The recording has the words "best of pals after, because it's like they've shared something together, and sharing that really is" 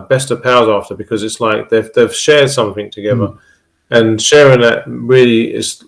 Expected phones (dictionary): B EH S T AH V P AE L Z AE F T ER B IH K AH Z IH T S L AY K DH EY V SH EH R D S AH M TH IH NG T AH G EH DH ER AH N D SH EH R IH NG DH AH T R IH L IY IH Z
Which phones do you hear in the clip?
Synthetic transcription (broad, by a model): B EH S T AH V P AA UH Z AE F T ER B IH K AH Z IH T S L AY K DH EY V SH EH R D S AH M TH IH NG T AH G EH DH ER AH N SH EH R IH NG DH AH T R IH L IY IH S